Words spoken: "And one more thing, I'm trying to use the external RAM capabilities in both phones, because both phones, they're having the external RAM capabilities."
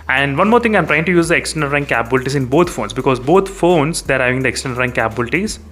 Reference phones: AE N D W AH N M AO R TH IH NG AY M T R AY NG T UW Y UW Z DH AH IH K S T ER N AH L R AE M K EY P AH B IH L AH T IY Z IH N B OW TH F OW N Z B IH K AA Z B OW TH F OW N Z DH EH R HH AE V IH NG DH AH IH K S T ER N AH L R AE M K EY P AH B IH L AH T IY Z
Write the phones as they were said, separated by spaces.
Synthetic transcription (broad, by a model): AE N D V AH N M AO R T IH NG AY M T R AY NG T UW Y UW Z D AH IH K S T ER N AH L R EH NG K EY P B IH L T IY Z IH N B OW T F OW N S B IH K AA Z B OW T F OW N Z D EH R HH AE V IH NG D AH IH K S T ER N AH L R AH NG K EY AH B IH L T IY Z